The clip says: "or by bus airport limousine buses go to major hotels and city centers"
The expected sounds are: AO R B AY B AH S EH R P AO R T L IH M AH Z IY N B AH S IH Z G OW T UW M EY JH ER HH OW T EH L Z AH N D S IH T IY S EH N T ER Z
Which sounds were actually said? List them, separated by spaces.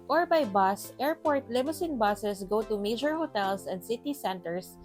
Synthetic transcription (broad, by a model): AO R B AY B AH S EH R P AO R T L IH M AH S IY N B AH S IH S G OW T UW M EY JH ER HH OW T EH L S AH N D S IH T IY S EH N T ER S